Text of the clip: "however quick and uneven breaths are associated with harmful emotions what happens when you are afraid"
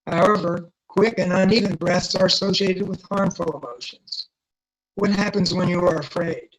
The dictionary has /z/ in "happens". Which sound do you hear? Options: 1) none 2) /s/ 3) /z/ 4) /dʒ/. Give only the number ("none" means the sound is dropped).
3